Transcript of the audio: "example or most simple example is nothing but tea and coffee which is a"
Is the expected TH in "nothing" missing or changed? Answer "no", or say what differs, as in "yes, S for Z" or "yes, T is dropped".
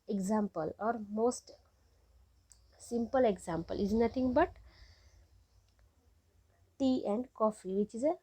yes, T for TH